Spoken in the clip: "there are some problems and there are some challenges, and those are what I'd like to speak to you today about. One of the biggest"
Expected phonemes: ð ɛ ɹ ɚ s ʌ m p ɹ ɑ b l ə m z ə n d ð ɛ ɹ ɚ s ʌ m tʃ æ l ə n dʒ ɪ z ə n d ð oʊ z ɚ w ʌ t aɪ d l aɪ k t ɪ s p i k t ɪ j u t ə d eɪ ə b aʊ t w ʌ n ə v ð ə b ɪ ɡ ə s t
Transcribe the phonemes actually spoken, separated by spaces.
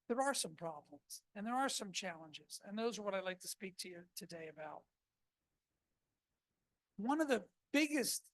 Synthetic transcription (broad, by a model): ð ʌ ɹ ɚ s ʌ m p ɹ ɑ b l ə m z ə n ð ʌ ɹ ɚ s ʌ m tʃ æ l ə n dʒ ɪ z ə n ð oʊ z ɚ w ʌ t aɪ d l aɪ k t ɪ s p i k t ɪ j u t ə d eɪ ə b aʊ t w ʌ n ə v ð ə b ɪ ɡ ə s t